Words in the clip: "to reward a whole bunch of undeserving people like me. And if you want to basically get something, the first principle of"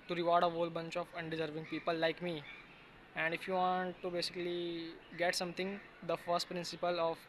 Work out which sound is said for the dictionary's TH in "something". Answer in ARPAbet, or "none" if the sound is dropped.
T